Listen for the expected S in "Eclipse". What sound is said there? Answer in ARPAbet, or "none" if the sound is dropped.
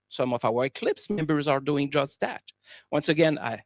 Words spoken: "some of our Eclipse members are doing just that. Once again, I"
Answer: S